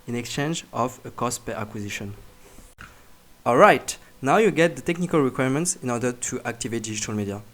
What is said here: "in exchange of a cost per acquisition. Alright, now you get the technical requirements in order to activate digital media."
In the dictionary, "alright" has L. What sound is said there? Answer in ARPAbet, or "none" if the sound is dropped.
L